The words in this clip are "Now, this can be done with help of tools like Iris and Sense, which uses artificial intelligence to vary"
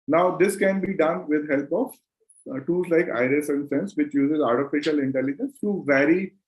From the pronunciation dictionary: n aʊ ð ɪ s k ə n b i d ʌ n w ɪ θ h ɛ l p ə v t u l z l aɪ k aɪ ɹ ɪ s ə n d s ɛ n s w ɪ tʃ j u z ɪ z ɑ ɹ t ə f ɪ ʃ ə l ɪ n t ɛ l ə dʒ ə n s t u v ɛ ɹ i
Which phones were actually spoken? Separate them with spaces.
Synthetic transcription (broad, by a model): n aʊ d ɪ s k ə n b i d ʌ n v ɪ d h ɛ l p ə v t u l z l aɪ k aɪ ɹ ɪ s ə n d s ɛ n s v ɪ tʃ j u z ɪ z ɑ ɹ t ə f ɪ ʃ ə l ɪ n t ɛ l ə dʒ ə n s t u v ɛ ɹ i